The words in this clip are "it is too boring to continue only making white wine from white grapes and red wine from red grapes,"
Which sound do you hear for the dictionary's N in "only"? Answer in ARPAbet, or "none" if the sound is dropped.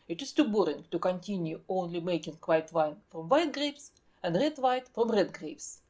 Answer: N